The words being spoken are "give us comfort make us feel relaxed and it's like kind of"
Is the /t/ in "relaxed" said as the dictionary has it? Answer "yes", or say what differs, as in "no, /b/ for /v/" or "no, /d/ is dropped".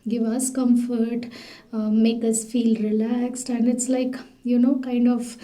yes